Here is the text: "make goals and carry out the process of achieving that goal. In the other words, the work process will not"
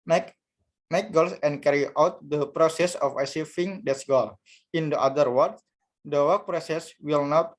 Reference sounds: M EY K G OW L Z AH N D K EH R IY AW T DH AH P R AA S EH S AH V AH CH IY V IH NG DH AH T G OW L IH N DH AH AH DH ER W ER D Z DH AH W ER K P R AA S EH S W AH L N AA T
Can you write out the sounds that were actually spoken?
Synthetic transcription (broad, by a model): M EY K G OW L S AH N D K EH R IY AW T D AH P R AA S EH S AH F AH S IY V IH NG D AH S G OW L IH N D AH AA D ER W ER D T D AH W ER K P R AA S EH S W AH L N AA T